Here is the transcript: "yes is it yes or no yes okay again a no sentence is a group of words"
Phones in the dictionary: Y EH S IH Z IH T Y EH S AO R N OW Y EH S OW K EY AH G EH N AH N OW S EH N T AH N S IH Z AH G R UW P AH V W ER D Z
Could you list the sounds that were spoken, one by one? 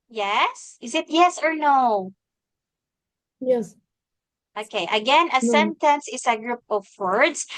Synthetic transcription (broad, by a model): Y EH S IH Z IH T Y EH S AO R N OW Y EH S OW K EY AH G EH N AH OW S EH N T AH N S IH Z AH G R UW P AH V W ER D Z